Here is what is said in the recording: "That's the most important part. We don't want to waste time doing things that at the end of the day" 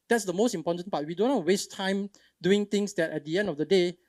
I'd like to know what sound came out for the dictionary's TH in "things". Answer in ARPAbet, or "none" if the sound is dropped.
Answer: T